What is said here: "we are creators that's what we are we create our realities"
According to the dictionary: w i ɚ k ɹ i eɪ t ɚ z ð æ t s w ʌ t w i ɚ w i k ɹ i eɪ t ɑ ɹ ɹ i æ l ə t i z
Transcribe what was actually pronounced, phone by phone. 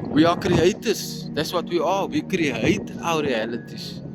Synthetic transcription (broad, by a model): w i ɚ k ɹ i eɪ t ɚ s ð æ t s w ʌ t w i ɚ w i k ɹ i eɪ t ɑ w ɹ i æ l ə t i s